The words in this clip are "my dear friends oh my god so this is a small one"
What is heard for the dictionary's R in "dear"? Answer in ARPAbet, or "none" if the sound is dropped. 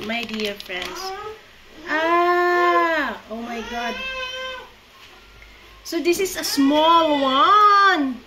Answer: R